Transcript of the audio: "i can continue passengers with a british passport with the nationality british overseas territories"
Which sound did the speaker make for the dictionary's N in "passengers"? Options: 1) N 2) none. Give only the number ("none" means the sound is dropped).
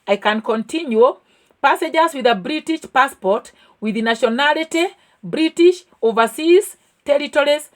2